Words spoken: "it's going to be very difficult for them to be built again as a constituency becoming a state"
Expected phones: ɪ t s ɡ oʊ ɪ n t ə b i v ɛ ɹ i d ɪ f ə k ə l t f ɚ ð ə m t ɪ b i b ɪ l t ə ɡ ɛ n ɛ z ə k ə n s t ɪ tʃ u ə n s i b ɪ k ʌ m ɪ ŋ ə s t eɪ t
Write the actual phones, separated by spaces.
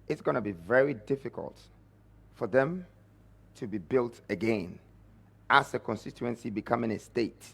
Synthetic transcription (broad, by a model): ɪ t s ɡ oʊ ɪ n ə b i v ɛ ɹ i d ɪ f ə k ə l t f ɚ ð ə m t ɪ b i b ɪ l t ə ɡ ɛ n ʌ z ə k ə n s t ɪ tʃ u ə n s i b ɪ k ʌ m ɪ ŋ ə s t eɪ t